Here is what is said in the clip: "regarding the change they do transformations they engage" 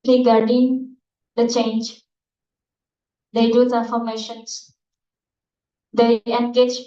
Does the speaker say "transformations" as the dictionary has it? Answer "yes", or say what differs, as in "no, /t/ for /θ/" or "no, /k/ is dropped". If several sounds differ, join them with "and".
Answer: no, /s/ is dropped